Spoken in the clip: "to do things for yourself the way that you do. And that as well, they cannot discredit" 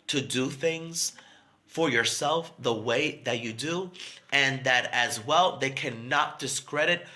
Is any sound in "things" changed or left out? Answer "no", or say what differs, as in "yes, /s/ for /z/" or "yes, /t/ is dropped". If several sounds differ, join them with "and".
no